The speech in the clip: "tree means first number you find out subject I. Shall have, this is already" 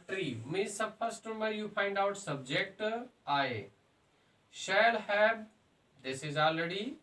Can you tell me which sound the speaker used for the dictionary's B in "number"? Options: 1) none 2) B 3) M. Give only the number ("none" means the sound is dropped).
1